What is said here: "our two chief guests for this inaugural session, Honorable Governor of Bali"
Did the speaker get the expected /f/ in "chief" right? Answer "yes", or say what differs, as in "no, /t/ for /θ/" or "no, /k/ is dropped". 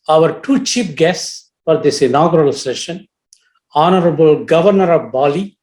no, /p/ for /f/